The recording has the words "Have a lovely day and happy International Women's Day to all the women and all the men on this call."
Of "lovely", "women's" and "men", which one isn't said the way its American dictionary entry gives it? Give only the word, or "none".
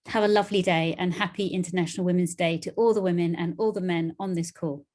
none